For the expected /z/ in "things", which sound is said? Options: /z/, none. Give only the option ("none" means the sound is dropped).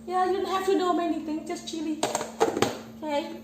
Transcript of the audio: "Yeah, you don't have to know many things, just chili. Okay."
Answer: none